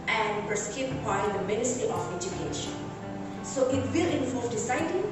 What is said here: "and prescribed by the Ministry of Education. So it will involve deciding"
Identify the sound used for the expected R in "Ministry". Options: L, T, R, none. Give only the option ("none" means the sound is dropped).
none